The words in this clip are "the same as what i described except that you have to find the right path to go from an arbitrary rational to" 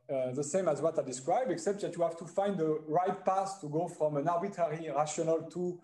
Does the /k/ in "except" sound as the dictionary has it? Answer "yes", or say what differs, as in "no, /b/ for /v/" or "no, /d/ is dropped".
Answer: yes